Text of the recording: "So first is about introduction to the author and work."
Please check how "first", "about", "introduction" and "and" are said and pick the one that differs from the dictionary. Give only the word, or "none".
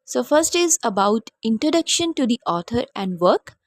none